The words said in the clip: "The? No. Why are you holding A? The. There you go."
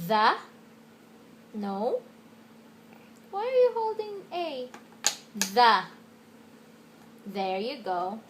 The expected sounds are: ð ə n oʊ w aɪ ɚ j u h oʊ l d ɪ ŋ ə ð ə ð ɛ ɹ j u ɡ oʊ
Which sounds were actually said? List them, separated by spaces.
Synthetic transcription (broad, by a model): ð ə n oʊ w aɪ ɚ j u h oʊ l d ɪ ŋ ə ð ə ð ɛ ɹ j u ɡ oʊ